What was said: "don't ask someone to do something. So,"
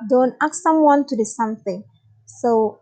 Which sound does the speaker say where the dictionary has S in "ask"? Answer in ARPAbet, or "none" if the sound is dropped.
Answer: none